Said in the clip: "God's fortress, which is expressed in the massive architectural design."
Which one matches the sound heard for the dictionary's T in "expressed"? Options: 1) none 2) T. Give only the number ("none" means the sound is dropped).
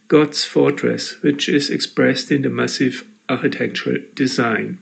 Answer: 2